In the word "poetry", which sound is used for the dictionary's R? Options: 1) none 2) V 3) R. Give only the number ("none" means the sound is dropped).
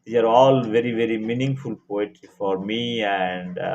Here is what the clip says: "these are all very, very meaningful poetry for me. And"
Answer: 1